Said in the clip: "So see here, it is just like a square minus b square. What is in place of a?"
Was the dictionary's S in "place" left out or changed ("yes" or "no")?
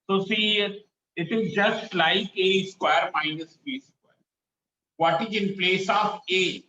no